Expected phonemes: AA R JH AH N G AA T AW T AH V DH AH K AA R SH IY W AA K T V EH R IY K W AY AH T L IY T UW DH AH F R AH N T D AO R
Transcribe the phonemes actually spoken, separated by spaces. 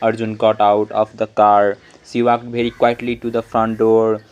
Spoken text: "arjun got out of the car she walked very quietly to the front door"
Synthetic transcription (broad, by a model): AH R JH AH N G AA T AW T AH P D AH K AA R S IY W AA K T B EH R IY K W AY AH T L IY T UW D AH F R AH N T D AO R